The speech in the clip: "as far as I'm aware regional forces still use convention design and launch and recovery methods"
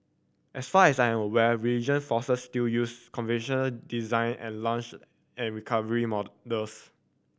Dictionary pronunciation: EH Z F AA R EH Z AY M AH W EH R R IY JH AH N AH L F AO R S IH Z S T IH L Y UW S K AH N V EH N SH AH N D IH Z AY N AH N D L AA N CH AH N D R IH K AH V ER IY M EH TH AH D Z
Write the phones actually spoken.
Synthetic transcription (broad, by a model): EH S F AA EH S AY M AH W EH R R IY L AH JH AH N F AO S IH S T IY L Y UW S K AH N V EH N SH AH N D IH Z AY N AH N L AA N CH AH N R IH K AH V ER IY M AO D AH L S